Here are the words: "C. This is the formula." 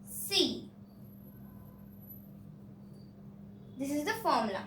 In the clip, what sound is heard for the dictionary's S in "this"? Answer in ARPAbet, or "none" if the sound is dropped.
S